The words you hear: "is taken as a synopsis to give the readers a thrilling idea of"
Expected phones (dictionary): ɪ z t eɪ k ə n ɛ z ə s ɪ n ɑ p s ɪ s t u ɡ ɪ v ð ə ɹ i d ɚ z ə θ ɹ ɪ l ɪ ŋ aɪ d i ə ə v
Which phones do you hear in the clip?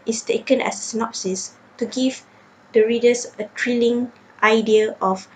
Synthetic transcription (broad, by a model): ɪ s t eɪ k ə n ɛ s ə s ɪ n ɑ p s ɪ s t u ɡ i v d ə ɹ i d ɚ s ə t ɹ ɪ l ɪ ŋ aɪ d i ə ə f